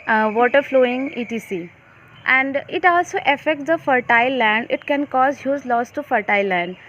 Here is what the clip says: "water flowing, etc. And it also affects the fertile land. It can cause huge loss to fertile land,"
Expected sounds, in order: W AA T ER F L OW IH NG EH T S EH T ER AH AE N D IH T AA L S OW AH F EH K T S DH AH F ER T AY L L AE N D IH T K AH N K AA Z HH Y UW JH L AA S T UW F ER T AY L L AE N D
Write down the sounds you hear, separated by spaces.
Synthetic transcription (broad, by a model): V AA T ER F L OW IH NG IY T S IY T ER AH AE N D IH T AA L S OW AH F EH K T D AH F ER T AY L L AE N D IH T K AH N K AA Z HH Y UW Z L AA S T UW F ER T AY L L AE N D